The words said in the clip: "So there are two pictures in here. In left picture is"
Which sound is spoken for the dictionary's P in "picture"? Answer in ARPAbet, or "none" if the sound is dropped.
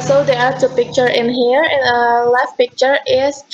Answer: P